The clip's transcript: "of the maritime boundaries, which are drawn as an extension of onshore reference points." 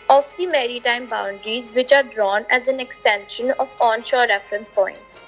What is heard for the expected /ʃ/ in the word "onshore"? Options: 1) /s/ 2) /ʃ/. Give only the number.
2